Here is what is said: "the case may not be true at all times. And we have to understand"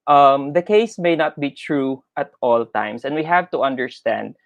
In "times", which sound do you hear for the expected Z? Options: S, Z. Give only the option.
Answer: S